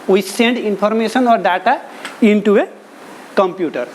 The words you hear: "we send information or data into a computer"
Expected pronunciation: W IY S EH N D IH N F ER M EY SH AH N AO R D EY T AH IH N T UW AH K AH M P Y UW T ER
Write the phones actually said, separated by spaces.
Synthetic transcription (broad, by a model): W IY S EH N D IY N P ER M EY S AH N AO R D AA T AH IH N T UW AH K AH M P Y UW T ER